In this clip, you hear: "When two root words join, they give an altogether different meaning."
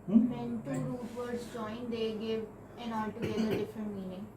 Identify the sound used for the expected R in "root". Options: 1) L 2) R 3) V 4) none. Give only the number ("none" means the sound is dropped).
1